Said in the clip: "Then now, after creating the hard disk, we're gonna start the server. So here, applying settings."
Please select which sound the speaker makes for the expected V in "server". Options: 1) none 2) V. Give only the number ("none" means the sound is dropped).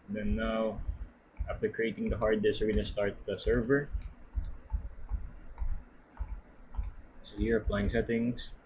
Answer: 2